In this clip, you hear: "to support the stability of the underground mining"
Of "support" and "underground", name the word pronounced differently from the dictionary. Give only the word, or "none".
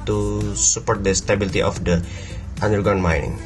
underground